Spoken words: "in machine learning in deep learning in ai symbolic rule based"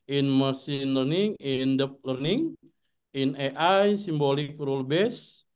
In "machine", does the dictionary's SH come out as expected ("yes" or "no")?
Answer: no